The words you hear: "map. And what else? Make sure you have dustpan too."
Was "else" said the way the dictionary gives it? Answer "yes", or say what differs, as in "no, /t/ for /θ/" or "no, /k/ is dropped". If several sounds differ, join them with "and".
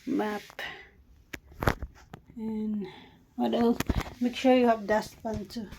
no, /s/ is dropped